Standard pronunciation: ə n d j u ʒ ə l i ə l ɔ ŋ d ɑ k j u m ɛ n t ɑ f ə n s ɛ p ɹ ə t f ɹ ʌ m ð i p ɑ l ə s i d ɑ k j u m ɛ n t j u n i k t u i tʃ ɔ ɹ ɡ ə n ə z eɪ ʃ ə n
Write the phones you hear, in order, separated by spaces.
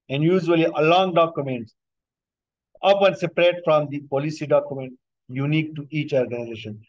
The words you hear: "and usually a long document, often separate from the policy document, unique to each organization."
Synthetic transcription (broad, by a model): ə n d j u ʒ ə l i ə l ɔ ŋ d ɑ k j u m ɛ n t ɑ p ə n s ɛ p ɹ ə t f ɹ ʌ m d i p ɑ l ə s i d ɑ k j u m ɛ n t j u n i k t u i tʃ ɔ ɹ ɡ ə n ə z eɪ ʃ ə n